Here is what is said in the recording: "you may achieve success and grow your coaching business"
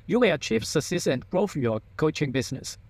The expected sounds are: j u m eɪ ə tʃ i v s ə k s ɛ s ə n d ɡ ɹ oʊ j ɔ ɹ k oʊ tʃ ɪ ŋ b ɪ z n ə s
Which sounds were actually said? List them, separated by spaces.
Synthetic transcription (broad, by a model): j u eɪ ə tʃ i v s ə s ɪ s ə n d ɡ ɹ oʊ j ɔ k oʊ tʃ ɪ ŋ b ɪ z n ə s